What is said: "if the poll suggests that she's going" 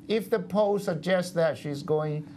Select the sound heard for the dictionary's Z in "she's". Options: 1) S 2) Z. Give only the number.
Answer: 2